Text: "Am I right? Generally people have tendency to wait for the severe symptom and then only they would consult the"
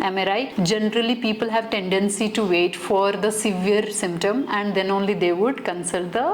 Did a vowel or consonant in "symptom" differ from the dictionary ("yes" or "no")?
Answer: no